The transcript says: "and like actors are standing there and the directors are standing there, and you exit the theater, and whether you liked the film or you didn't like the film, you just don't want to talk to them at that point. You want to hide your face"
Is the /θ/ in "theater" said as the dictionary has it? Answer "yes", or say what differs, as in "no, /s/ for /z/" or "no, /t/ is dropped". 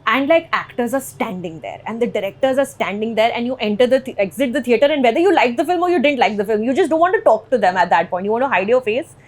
no, /t/ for /θ/